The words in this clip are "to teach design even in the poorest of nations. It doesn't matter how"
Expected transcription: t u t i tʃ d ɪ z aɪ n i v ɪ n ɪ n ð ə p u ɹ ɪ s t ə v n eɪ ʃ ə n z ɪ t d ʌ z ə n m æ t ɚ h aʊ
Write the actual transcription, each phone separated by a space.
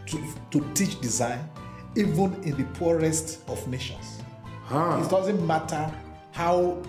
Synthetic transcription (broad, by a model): t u t i tʃ d ɪ z aɪ n i v ɪ n ɪ n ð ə p u ɹ ɪ s t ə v n eɪ ʃ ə n s ɪ t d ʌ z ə n m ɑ t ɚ h aʊ